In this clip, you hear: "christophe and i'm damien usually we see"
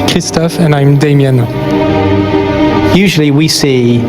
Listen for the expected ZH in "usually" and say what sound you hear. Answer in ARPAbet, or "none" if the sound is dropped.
ZH